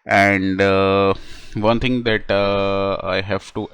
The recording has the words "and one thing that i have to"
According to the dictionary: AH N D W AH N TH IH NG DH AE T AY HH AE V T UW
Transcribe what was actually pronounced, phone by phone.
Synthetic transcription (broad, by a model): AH N D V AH N T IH NG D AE T AY HH AE V T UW